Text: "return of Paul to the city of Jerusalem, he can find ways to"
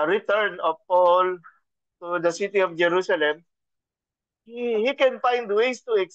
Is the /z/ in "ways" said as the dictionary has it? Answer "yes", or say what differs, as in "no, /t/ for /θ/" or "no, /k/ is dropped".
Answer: no, /s/ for /z/